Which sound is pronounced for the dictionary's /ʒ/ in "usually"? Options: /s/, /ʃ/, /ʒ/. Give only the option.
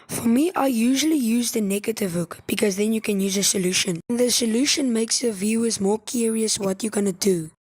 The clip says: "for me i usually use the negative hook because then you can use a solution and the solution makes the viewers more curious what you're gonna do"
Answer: /ʒ/